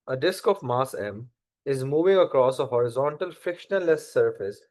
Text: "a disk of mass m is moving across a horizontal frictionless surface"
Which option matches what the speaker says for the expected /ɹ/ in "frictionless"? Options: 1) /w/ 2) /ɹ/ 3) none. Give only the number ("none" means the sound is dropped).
3